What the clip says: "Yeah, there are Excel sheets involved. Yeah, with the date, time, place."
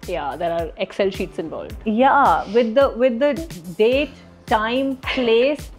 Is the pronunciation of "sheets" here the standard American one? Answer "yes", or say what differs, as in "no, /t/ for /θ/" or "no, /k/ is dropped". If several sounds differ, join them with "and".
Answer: yes